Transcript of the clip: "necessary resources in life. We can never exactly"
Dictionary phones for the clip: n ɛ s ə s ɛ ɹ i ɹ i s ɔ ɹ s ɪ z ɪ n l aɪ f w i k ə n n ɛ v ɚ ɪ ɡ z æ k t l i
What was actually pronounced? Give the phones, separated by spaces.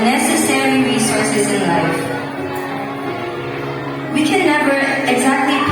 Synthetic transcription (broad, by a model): n ɛ s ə s ɛ ɹ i ɹ i s ɔ ɹ s ɪ z ɪ n l aɪ f w i k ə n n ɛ b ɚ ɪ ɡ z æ k t l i